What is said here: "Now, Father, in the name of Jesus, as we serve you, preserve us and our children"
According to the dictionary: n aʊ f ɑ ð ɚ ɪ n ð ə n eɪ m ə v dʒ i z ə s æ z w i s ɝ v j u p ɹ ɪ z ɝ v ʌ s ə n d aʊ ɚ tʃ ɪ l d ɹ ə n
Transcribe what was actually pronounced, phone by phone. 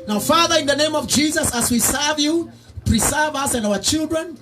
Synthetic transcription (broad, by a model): n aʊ f ɑ ð ɚ ɪ n ð ə n eɪ m ə v dʒ i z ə s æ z w i s ɝ v j u p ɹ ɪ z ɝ v ʌ s ə n d aʊ ɚ tʃ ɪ l d ɹ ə n